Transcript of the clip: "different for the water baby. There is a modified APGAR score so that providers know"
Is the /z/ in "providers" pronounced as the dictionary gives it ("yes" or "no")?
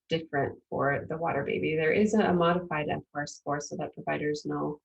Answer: yes